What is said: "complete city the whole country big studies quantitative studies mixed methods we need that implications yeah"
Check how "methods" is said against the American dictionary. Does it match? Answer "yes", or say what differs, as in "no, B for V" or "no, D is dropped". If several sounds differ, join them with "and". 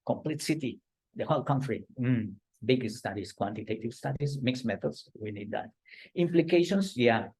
no, S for Z